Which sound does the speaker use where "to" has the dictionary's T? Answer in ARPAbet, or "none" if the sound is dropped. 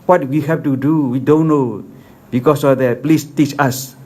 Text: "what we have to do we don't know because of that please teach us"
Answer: T